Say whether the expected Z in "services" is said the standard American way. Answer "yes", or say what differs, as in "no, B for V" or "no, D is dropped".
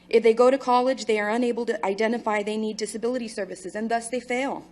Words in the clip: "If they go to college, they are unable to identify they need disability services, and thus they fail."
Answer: yes